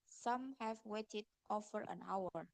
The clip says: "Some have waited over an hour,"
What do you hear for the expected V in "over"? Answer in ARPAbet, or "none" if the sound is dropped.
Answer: F